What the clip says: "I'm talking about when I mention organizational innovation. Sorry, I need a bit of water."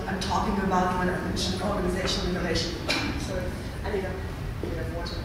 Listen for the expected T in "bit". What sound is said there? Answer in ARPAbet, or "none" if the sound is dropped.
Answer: none